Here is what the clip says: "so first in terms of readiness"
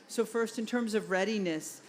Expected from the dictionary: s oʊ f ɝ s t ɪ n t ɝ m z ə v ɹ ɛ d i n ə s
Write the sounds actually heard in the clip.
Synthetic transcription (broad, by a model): s oʊ f ɝ s t ɪ n t ɝ m z ə v ɹ ɛ d i n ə s